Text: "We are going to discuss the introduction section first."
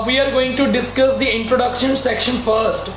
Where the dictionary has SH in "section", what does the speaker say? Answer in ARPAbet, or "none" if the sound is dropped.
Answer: SH